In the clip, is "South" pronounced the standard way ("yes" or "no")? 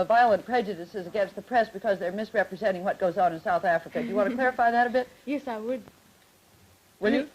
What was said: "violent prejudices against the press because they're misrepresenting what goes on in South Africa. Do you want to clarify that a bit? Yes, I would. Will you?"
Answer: yes